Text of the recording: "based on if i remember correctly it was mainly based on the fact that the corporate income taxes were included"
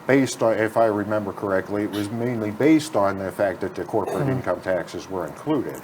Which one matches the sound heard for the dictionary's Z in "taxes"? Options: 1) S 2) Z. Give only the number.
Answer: 2